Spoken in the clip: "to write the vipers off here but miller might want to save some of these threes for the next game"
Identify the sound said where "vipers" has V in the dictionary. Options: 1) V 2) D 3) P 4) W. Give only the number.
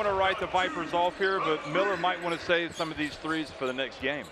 1